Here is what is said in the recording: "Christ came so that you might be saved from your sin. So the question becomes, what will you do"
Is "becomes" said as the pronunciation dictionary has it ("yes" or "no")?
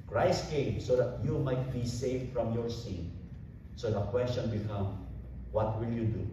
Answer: no